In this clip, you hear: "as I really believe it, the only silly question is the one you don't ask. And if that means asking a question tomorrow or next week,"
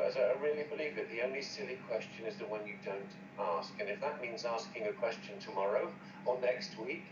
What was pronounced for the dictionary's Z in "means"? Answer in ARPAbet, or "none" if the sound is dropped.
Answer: Z